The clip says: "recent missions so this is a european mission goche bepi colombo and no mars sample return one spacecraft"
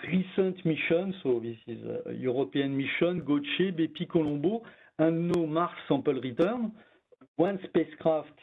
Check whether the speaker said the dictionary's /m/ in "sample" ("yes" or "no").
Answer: no